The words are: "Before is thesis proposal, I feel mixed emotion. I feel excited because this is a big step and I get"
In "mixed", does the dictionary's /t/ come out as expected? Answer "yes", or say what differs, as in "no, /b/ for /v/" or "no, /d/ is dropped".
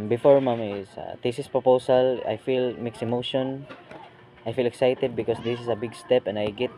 no, /t/ is dropped